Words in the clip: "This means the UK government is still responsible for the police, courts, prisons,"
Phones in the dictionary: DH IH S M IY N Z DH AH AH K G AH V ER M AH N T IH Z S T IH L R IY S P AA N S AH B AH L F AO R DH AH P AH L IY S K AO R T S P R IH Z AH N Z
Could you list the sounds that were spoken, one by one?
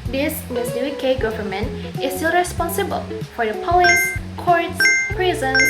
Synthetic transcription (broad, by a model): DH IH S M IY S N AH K G AH V ER M AH N T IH S T IH L R IY S P AA N S AH B AH L F AO R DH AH P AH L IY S K AO R T S P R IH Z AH N